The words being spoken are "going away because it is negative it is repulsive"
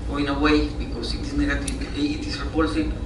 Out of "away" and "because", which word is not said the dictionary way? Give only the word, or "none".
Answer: because